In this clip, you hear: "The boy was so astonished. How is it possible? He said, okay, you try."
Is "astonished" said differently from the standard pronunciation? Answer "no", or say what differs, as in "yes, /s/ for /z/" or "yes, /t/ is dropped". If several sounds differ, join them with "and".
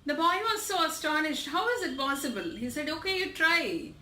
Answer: no